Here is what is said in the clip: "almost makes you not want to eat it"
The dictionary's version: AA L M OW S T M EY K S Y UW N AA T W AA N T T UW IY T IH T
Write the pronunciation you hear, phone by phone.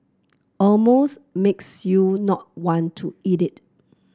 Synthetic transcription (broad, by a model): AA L M OW S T M EY K S Y UW N AA T W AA N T T UW IY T IH T